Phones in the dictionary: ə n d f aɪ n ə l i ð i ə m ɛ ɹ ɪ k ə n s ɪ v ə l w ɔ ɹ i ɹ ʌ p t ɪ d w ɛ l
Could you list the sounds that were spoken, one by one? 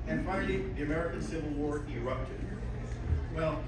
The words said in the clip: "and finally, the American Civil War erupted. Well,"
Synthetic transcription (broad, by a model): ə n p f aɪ ə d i ð i ə m ɛ ɹ ɪ k ə n s ɪ v ə l w ɔ ɹ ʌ ɹ ʌ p t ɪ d w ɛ l